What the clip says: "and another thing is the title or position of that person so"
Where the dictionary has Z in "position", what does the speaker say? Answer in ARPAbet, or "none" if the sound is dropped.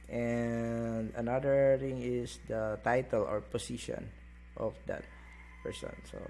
S